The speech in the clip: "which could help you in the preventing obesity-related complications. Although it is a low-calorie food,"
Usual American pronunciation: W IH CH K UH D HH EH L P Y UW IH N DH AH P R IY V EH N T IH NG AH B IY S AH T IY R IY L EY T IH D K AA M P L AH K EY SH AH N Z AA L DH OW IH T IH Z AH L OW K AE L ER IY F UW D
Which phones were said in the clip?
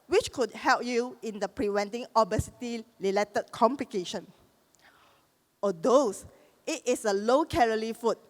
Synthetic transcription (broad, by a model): W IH CH K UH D HH EH L P Y UW IH N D AH P R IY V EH N T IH NG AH B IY S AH T IY L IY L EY T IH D K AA M P L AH K EY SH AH N AA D OW IH T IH S AH L OW K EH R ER IY F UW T